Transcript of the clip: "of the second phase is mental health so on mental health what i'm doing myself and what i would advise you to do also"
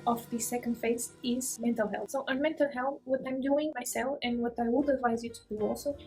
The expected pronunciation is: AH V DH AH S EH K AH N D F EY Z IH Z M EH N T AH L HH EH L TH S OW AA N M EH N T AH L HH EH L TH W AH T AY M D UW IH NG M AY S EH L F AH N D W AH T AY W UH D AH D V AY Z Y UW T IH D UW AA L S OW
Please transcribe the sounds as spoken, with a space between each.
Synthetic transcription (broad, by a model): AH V DH AH S EH K AH N D F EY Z IH Z M EH N T AH L HH EH L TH S OW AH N M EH N T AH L HH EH L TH W AH T AY M D UW IH NG M AY S EH L F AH N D W AH T AY W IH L AH D V AY Z Y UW T IH D UW AA L S OW